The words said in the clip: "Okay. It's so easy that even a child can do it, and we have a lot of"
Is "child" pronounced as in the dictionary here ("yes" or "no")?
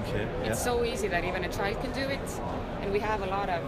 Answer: yes